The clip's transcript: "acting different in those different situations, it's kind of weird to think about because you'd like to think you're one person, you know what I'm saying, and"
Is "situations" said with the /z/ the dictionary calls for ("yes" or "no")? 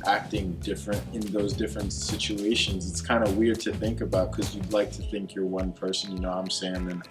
yes